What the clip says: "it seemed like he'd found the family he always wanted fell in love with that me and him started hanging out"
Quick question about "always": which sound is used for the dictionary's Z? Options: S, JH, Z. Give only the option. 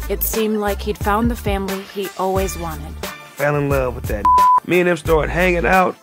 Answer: Z